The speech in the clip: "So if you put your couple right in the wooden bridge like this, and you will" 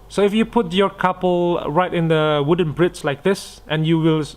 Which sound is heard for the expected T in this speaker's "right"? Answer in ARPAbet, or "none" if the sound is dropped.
T